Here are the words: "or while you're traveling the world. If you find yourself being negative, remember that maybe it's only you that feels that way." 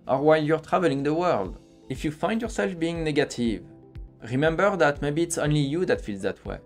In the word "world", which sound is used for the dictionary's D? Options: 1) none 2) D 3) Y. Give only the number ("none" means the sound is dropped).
2